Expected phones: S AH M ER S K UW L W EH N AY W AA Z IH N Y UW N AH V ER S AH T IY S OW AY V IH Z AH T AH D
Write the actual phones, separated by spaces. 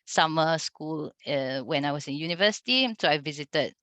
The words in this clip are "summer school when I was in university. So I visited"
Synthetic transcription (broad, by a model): S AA M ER S K UW L W EH N AY W AA S IH N Y UW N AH V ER S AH T IY S OW AY V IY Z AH T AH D